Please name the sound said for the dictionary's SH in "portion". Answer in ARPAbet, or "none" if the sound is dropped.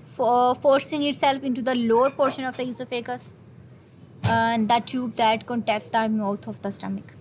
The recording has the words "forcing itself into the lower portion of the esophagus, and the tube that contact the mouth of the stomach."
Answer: SH